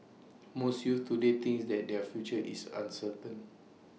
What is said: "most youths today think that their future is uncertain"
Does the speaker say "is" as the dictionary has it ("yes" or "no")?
no